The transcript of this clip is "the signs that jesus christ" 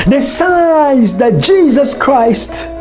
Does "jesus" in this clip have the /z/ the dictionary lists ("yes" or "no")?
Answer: yes